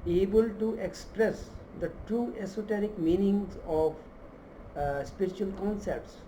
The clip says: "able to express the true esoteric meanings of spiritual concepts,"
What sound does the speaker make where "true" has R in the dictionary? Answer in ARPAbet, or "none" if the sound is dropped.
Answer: none